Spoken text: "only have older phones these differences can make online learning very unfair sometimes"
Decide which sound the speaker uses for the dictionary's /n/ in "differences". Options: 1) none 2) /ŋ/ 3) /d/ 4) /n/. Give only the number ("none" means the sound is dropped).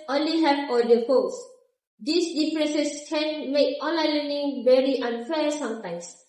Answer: 1